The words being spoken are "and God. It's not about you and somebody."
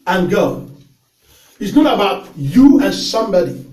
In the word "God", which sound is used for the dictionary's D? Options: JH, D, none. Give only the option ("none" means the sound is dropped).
none